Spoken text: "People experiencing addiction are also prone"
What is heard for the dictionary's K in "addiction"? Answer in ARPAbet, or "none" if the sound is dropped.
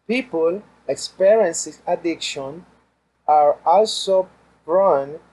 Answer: K